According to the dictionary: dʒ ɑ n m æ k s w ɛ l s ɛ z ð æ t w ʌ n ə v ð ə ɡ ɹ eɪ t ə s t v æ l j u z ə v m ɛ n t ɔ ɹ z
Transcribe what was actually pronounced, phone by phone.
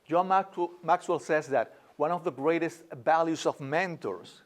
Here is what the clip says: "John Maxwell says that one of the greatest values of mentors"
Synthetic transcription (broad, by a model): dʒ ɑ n m æ k s w ɛ l s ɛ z ð æ t w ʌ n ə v ð ə ɡ ɹ eɪ t ə s t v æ l j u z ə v m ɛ n t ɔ ɹ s